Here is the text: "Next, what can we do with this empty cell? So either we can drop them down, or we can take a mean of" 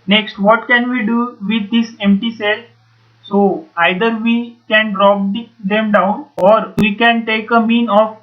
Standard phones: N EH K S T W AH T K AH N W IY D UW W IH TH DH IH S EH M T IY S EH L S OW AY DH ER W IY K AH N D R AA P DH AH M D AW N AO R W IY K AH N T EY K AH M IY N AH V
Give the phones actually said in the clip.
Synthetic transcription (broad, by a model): N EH K S T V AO T K AH N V IY D UW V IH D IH S EH M T IY S EH L S OW AY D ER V IY K AH N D R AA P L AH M D AW N AO R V IY K AH N T EY K AH M IY N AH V